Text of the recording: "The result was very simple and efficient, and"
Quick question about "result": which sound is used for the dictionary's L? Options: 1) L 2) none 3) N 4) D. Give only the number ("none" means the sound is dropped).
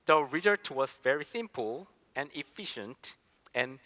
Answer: 2